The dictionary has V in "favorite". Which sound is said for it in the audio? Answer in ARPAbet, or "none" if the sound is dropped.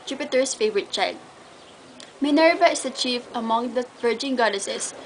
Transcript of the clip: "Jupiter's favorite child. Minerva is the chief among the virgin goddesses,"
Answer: V